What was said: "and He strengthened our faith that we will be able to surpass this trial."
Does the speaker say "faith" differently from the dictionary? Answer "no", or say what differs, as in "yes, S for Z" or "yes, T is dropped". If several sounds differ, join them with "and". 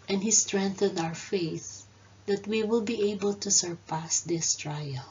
no